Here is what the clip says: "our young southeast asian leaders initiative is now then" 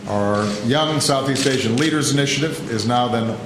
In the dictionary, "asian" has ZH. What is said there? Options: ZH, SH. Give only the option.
SH